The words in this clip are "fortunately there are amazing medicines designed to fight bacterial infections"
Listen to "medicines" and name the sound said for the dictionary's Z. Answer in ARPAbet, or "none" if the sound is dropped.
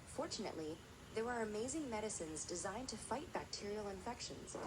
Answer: Z